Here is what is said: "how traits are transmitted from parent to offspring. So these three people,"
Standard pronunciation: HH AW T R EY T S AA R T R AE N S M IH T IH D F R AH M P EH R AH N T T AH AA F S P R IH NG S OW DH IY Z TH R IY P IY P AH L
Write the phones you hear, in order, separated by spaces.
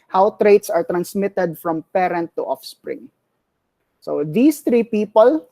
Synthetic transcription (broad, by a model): HH AW T R EY T S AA R T R AE N S M IH T IH D F R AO M P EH R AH N T T AA F S P R IH NG S OW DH IY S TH R IY P IY P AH L